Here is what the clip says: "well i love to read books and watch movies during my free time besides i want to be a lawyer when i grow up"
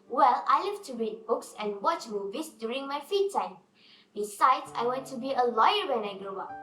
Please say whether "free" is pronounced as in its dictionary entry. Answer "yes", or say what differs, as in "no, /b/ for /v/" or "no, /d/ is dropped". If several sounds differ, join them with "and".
no, /ɹ/ is dropped